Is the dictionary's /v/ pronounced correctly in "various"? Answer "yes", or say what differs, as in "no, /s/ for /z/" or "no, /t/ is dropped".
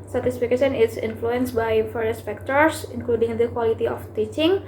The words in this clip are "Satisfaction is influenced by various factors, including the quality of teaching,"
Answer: no, /f/ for /v/